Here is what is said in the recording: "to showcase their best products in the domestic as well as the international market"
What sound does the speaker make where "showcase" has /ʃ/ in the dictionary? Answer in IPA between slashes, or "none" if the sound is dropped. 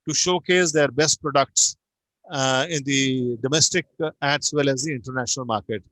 /ʃ/